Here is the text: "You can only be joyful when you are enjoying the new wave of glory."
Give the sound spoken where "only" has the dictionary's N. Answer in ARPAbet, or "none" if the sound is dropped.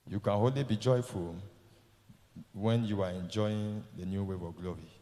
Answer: none